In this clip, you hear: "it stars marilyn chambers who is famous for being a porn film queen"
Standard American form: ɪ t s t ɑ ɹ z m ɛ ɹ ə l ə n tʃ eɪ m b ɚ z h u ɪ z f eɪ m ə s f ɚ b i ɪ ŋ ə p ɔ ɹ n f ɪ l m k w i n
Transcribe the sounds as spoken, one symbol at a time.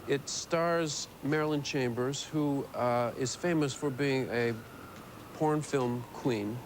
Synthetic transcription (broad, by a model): ɪ t s t ɑ ɹ z m ɛ ɹ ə l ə n tʃ eɪ m b ɚ z h u ɪ z f eɪ m ə s f ɚ b i ɪ ŋ ə p ɔ ɹ n f ɪ l m k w i n